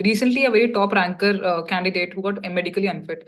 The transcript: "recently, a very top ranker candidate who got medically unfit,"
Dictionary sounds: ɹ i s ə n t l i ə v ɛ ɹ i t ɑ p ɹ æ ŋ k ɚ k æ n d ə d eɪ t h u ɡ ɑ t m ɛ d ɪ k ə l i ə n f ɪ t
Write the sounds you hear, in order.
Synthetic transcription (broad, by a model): ɹ i s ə n t l i ə v ɛ ɹ i t ɑ p ɹ æ ŋ k ɚ k æ n d ə d eɪ t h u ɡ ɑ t m ɛ d ɪ k ə l i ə n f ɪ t